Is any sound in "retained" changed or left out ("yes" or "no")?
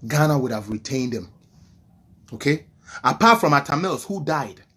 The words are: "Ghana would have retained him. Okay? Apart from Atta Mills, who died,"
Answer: no